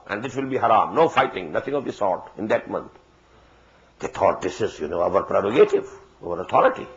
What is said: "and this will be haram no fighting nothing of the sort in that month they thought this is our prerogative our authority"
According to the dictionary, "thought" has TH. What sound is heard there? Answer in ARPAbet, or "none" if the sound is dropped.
T